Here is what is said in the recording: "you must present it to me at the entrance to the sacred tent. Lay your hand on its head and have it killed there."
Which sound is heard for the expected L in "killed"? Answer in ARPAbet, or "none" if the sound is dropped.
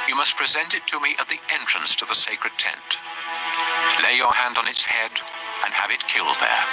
L